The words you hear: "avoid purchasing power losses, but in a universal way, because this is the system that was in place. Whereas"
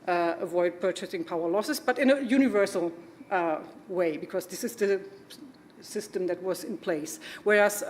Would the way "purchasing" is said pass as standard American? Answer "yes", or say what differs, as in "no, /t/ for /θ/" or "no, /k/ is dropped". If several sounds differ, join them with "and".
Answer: yes